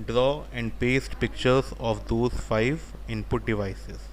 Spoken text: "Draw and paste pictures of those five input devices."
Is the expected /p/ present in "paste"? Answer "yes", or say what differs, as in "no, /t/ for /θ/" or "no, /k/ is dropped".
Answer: yes